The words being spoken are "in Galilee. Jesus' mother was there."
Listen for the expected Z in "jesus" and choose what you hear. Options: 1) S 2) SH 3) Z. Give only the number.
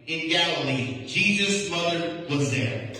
3